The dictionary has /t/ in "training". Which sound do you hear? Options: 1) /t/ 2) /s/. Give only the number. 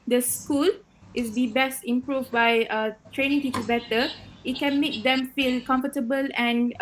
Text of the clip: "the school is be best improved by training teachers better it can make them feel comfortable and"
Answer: 1